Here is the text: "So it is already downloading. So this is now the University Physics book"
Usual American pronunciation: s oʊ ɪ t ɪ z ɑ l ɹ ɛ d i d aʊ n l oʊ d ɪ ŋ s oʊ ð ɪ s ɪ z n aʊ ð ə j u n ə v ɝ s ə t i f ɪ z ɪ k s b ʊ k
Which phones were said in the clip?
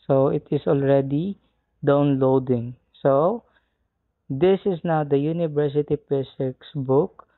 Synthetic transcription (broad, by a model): s oʊ ɪ t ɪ s ɑ l ɹ ɛ d i d aʊ n l oʊ d ɪ ŋ s oʊ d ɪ s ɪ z n aʊ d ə j u n ə v ɝ s ə t i p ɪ s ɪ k s b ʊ k